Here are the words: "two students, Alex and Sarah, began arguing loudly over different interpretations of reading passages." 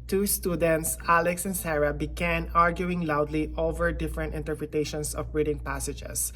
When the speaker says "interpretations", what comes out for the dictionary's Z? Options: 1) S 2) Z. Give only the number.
1